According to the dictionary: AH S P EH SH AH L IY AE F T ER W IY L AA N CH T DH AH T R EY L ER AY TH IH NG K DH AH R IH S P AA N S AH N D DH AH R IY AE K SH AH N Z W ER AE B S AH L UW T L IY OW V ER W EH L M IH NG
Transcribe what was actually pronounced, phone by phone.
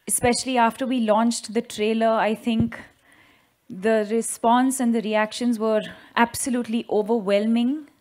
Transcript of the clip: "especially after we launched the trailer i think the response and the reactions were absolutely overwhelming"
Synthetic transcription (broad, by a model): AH S P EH SH AH L IY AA F T ER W IY L AA N CH T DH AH T R EY L ER AY T IH NG K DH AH R IH S P AA N S AH N D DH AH R IY AE K SH AH N Z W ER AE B S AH L UW T L IY OW V ER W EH L M IH NG